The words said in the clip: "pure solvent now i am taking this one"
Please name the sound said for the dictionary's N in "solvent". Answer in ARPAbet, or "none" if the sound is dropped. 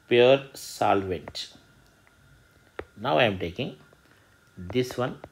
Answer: N